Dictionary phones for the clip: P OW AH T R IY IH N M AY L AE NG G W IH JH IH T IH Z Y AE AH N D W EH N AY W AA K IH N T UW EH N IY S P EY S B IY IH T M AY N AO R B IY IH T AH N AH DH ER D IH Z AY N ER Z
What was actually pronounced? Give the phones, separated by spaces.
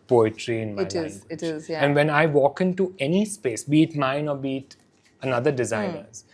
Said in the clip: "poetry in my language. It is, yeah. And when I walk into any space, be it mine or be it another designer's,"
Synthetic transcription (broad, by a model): P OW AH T R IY IH N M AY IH IH T IH Z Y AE AH N D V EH N AY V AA K IH N T UW EH N IY S P EY S B IY T M AY N AO R B IY T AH N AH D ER D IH Z AY N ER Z